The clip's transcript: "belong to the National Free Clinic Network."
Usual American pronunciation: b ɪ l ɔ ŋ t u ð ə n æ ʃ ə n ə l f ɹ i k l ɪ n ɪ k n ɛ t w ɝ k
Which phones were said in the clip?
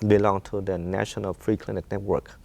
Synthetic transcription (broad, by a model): b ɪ l ɔ ŋ t u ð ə n æ ʃ ə n ə l f ɹ i k l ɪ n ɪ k n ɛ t w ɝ k